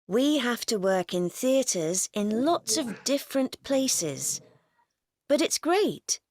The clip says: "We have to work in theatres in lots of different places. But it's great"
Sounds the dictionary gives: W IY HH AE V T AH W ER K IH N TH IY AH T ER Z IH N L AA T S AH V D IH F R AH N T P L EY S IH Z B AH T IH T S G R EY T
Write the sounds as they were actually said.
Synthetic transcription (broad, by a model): W IY HH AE F T AH W ER K IH N TH IY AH T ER Z IH N L AA T S AH V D IH F R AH N P L EY S IH Z B AH T IH T S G R EY T